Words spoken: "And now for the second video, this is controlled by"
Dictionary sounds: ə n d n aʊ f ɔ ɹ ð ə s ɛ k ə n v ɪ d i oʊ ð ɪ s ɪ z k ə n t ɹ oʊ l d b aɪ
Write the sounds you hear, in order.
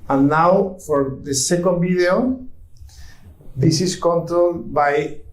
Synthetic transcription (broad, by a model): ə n n aʊ f ɔ ɹ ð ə s ɛ k ə n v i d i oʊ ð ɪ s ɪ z k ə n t oʊ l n b aɪ